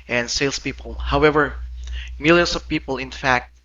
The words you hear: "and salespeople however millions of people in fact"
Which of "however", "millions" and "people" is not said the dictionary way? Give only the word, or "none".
millions